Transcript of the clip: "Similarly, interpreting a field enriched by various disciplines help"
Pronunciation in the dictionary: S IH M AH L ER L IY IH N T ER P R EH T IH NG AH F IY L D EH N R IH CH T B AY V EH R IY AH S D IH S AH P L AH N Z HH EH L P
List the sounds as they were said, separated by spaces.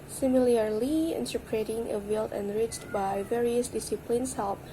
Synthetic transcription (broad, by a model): S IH M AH L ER L IY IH N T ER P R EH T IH NG AH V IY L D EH N R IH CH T B AY V EH R IY AH S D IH S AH P L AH N S HH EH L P